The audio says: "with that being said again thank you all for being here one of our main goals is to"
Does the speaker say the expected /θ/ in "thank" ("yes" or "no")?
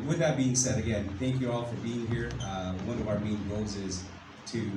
yes